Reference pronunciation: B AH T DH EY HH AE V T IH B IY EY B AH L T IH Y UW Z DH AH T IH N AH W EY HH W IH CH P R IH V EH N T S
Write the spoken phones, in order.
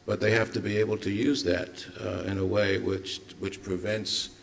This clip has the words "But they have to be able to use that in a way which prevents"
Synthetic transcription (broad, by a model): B AH T DH EY HH AE F T IH B IY EY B L T IH Y UW Z DH AH T IH N AH W EY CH W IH CH P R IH V EH N T S